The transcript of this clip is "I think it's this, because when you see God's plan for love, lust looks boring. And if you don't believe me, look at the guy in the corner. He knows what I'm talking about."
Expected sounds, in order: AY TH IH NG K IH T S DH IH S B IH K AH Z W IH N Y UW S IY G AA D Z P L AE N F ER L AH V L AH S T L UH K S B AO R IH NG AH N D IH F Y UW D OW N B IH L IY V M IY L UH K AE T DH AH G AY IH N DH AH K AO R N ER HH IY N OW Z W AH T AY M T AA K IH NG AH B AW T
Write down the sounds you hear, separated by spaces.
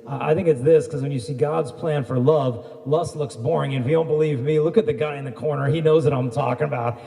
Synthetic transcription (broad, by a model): AY TH IH NG K IH T S DH IH S K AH Z W IH N Y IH S IY G AA D Z P L AE N F ER L AH V L AH S T L UH K S B AO R IH NG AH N IH F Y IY D OW N B IH L IY V M IY L UH K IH T DH AH G AY IH N DH AH K AO R N ER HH IY N OW Z W AH T AY M T AA K IH NG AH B AW T